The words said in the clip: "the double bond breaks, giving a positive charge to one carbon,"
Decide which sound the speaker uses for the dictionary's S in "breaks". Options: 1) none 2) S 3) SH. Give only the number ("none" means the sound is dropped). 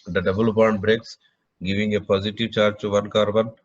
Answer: 2